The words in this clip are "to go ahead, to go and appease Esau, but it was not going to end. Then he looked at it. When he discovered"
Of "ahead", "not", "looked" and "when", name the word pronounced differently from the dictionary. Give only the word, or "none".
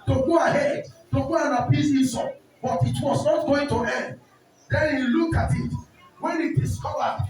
looked